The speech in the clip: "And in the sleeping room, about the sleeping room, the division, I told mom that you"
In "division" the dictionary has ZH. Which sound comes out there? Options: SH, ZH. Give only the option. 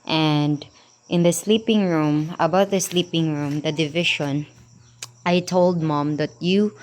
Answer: SH